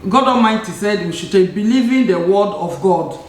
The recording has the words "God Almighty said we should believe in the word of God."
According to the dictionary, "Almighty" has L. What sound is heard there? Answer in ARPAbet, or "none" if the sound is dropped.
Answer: none